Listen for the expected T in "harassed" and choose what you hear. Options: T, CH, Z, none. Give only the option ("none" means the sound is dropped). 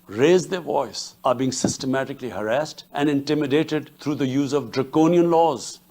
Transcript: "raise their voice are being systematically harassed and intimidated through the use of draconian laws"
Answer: T